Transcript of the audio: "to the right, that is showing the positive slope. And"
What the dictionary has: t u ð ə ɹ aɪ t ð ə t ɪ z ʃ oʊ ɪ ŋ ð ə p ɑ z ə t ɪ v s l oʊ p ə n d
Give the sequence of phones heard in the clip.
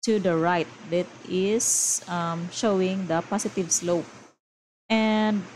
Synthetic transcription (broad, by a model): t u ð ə ɹ aɪ t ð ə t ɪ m ʃ oʊ ɪ ŋ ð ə p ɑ s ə t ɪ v s l oʊ p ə n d